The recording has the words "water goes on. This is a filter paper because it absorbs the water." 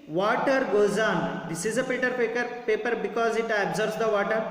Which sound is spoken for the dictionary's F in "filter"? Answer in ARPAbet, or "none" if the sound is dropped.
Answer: P